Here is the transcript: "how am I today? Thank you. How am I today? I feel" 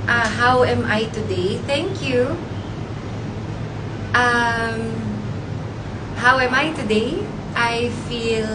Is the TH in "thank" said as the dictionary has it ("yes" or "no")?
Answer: yes